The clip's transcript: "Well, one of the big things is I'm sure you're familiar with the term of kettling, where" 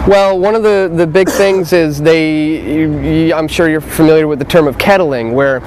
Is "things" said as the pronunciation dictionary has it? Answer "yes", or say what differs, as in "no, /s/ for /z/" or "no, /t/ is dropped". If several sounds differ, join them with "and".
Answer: yes